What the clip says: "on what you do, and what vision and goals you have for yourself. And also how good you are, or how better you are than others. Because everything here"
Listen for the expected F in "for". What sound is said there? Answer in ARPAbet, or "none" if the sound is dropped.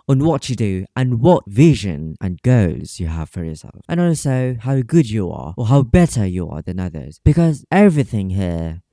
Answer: F